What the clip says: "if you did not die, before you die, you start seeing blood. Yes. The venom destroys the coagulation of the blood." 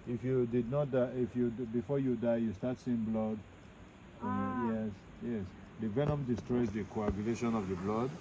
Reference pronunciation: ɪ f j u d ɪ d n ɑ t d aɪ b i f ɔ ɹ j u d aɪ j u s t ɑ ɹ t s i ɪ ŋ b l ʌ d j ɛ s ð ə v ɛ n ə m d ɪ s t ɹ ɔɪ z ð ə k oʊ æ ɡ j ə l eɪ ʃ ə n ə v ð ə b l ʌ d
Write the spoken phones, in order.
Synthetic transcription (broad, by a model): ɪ f j u d ɪ d n ɑ t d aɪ b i f ɔ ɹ j u d aɪ j u s t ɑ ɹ t s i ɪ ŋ b l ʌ d j ɛ s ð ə v ɛ n ə m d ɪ s t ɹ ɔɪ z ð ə k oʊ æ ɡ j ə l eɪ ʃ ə n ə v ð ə b l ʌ d